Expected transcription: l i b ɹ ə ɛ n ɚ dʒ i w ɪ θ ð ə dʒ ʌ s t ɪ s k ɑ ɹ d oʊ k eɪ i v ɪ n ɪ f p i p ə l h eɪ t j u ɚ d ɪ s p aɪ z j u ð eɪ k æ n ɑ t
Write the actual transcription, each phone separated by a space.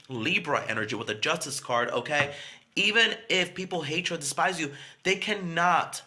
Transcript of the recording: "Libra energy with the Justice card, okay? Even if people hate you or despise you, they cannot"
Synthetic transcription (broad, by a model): l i b ɹ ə ɛ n ɚ dʒ i w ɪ ð ə dʒ ʌ s t ɪ s k ɑ ɹ d oʊ k eɪ i v ɪ n ɪ f p i p l h eɪ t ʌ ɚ d ɪ s p aɪ z j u ð eɪ k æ n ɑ t